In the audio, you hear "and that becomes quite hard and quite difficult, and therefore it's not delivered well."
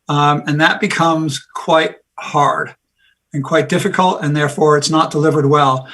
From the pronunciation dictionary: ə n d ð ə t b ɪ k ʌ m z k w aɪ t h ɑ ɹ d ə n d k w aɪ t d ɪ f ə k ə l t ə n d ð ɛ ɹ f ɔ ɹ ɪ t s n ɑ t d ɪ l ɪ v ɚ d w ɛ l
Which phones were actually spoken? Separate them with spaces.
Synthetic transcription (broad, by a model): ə n ð ə t b ɪ k ʌ m z k w aɪ t h ɑ ɹ d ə n k w aɪ t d ɪ f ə k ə l t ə n ð ɛ ɹ f ɔ ɹ ɪ t s n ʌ t d ɪ l ɪ v ɚ d w ɛ l